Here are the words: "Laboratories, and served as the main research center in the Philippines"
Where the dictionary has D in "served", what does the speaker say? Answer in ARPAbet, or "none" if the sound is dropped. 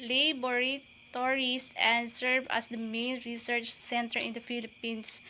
none